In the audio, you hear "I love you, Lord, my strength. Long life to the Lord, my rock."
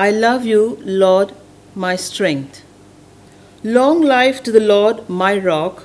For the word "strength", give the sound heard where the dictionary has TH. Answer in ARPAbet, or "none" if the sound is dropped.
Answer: T